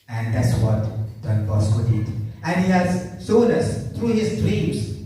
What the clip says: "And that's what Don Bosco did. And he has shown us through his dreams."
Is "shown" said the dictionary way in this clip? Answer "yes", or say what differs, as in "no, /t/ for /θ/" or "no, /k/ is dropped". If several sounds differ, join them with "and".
no, /s/ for /ʃ/